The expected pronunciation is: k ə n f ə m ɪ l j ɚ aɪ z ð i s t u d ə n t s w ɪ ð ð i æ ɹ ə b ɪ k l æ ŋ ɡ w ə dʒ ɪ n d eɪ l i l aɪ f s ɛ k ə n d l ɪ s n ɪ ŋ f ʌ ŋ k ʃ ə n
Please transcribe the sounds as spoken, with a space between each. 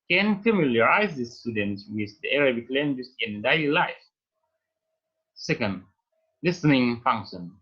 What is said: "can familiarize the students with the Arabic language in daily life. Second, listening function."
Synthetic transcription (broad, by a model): k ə n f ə m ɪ l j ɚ aɪ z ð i s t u d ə n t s w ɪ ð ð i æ ɹ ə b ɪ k l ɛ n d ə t ɪ n d eɪ l i l aɪ f s ɛ k ə n d l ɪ s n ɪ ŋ f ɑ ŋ k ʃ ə n